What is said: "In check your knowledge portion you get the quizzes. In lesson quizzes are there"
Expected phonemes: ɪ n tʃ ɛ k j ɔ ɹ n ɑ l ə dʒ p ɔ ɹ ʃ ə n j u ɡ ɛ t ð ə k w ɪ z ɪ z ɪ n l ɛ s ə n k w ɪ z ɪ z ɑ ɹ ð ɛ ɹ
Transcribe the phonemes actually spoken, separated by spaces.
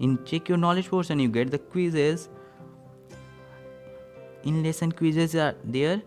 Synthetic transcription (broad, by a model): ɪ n tʃ ɛ k j ɔ ɹ n ɑ l ə dʒ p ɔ ɹ s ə n j u ɡ ɛ t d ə k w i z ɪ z ɪ n l ɛ s ə n k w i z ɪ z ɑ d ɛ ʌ ɹ